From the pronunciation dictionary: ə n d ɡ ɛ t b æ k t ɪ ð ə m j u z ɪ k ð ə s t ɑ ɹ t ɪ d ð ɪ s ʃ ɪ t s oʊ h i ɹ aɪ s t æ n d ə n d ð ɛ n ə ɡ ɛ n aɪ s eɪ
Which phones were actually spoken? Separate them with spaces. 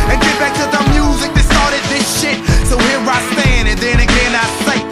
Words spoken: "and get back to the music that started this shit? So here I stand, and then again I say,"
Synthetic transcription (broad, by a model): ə n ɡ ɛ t b æ k t ɪ ð ə m j u z ɪ k ð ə s t ɑ ɹ t ɪ d ð ɪ s ʃ ɪ t s oʊ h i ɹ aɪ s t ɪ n ə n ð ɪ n ə ɡ ɛ n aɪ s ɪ